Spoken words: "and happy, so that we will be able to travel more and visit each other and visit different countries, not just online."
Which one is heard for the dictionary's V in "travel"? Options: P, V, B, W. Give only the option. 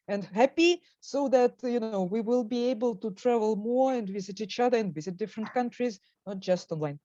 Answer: V